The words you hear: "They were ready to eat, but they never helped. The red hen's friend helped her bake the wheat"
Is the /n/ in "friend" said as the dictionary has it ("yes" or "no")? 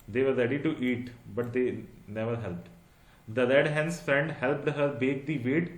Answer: yes